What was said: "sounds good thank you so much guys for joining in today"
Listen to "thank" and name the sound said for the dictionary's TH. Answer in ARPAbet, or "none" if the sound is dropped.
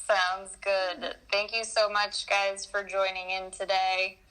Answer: TH